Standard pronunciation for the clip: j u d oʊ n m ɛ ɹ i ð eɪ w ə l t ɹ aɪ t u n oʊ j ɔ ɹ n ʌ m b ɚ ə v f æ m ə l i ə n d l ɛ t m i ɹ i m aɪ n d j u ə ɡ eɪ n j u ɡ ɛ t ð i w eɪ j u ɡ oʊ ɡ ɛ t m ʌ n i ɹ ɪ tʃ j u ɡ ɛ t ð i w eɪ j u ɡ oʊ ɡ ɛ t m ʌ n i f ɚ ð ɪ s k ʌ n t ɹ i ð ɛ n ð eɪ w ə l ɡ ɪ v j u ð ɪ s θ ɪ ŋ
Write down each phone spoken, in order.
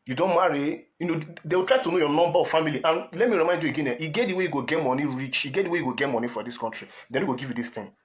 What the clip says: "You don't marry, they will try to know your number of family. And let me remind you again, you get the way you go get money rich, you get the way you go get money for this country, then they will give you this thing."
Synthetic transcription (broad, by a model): j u d oʊ n m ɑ ɹ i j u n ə w t ɹ aɪ t u n oʊ j ɔ n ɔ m b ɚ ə f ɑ m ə l i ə n l ɛ t m i ɹ i m aɪ n d j u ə ɡ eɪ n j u ɡ ɛ t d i w eɪ j u ɡ oʊ ɡ ɛ t m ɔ n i ɹ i tʃ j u ɡ ɛ t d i w eɪ j u ɡ oʊ ɡ ɛ t m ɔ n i f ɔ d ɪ s k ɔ n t ɹ i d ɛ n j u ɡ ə ɡ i v j u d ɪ s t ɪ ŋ